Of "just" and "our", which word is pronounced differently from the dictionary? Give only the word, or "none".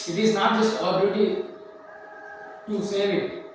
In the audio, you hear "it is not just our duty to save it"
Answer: our